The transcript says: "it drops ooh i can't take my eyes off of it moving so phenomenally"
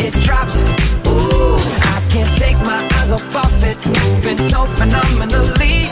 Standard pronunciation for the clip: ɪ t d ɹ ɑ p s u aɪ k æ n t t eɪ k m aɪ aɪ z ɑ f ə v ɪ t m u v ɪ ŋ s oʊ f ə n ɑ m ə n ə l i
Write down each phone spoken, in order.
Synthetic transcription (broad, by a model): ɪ t d ɹ ɑ p s u aɪ k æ n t t eɪ k m aɪ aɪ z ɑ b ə f ɪ t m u b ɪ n s oʊ f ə n ɑ m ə n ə l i